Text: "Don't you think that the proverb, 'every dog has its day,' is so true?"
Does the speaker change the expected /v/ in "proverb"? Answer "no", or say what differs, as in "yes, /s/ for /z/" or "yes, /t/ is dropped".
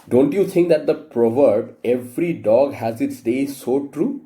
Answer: no